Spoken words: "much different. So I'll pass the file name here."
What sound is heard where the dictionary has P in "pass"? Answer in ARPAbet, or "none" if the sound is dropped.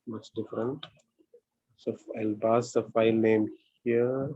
B